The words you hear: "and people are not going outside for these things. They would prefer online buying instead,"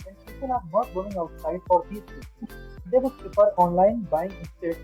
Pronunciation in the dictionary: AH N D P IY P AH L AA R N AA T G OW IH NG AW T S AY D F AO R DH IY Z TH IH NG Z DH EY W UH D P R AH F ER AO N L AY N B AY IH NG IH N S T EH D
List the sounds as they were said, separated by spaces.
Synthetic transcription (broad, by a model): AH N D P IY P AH N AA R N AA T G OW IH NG AW T S AY D F AO R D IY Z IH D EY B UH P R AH P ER AO N L AY N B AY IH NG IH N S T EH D